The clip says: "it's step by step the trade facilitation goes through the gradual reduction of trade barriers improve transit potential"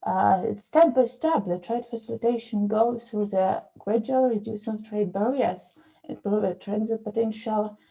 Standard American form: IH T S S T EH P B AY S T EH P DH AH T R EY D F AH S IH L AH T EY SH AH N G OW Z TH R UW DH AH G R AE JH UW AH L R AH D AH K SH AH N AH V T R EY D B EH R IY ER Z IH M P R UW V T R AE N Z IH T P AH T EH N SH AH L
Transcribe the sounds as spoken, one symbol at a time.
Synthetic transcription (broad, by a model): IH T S S T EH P B AY S T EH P DH AH T R EY D F AH S IH L AH T EY SH AH N G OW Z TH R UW DH AH G R AE JH UW AH L R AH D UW SH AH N AH V T R EY D B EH R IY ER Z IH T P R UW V T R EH N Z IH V P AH T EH N SH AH L